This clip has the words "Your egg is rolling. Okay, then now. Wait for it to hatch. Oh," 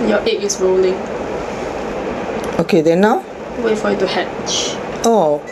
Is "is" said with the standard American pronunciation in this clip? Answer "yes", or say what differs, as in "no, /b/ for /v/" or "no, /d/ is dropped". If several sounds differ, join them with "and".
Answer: no, /s/ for /z/